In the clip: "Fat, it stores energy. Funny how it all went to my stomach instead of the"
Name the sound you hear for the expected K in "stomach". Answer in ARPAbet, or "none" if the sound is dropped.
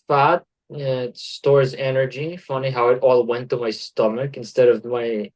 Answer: K